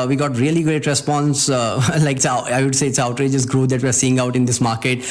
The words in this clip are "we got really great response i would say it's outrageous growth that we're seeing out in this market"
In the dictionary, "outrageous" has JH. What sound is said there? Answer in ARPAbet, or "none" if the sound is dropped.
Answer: JH